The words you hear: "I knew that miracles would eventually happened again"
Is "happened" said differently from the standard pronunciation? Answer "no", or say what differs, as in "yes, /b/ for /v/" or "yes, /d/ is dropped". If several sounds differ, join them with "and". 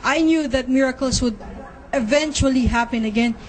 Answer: yes, /d/ is dropped